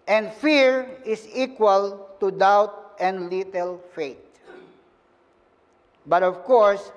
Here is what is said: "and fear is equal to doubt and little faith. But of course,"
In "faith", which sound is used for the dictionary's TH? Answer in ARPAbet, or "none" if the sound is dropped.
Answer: T